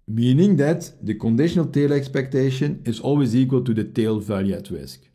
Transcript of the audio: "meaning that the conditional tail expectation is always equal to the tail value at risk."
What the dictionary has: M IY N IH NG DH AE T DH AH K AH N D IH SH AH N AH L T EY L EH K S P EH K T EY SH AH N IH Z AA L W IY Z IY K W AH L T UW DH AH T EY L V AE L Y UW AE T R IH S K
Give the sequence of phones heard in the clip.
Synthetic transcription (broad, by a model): M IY N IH NG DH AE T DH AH K AH N D IH SH AH N AH L T EY L EH K S P EH K T EY SH AH N IH Z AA L W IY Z IY K W AH L T UW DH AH T EY L V AE L Y UW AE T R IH S K